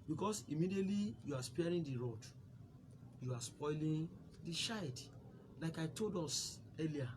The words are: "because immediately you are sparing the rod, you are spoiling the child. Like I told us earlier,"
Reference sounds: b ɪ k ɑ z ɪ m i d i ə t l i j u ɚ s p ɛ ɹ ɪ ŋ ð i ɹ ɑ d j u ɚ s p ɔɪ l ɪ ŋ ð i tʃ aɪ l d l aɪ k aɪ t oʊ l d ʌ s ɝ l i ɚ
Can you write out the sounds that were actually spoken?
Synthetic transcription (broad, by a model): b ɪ k ɑ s ɪ m i d i ə t l i j u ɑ s p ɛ ɹ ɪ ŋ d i ɹ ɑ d j u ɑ s p ɔɪ l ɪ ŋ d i ʃ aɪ d l aɪ k aɪ t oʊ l d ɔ s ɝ l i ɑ